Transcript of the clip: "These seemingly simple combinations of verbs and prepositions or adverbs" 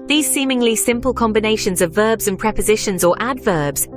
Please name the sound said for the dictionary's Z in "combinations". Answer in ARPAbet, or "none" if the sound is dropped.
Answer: Z